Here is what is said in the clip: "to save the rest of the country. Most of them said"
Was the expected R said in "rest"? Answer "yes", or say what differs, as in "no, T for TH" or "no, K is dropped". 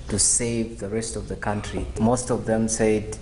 yes